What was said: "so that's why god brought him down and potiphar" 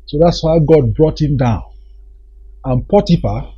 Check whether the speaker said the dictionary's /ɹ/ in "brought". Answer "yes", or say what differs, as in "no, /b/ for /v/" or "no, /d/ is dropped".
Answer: yes